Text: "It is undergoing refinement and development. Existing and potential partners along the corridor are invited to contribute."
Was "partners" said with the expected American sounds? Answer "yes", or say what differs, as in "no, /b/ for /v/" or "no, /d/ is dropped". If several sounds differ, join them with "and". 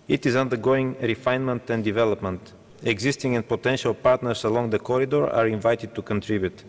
no, /s/ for /z/